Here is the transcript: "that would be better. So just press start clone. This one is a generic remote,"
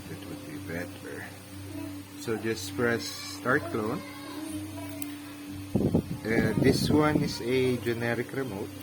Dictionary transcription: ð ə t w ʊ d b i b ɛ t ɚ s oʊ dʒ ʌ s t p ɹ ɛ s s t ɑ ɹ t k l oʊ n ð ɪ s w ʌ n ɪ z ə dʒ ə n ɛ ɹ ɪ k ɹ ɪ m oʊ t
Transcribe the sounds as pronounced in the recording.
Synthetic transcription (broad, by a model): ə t w ʊ d b i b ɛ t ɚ s oʊ dʒ ʌ s t f ɹ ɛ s s t ɑ ɹ t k l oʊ n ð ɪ s w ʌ n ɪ s ə dʒ ə n ɛ ɹ ɪ k ɹ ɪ m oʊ t